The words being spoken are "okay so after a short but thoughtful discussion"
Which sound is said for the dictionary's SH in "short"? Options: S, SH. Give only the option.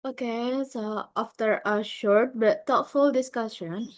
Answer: SH